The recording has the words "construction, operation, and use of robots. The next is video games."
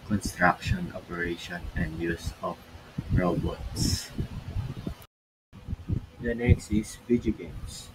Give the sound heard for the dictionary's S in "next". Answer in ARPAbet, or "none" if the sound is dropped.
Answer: S